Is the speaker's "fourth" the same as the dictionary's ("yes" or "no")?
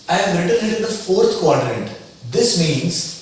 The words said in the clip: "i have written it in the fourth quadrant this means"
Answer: no